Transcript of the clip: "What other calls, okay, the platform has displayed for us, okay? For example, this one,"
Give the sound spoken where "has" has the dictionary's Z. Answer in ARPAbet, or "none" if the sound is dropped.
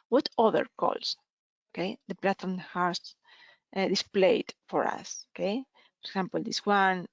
S